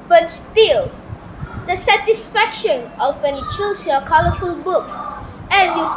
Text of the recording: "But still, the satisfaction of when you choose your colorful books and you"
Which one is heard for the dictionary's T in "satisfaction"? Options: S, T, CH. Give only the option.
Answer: T